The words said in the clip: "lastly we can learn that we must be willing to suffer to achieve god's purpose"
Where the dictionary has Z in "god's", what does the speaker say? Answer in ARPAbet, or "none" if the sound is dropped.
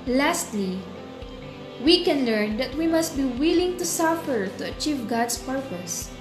S